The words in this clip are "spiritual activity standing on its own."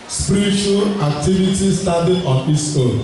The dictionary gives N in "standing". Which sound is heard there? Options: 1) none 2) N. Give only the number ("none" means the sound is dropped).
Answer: 1